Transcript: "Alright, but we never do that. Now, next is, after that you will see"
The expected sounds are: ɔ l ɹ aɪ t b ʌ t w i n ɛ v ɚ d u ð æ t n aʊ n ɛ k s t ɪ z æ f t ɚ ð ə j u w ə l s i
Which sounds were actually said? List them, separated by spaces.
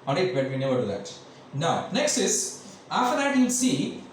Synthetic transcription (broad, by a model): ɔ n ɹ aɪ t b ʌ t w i n ɛ v ɚ d u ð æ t n aʊ n ɛ k s t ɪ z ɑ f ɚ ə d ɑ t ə n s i